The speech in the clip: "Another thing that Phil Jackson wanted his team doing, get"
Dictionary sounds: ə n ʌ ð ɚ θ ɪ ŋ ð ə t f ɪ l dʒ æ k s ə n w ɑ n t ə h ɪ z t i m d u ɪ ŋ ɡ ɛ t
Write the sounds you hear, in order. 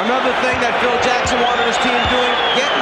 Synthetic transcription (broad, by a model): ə n ʌ ð ɚ θ ɪ ŋ ð ə t f ɪ l dʒ æ k s ə n w ɑ t ə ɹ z t i m d u ɪ ŋ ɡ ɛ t